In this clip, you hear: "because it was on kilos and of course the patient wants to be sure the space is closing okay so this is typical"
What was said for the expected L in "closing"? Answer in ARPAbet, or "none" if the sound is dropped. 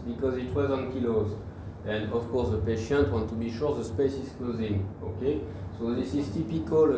L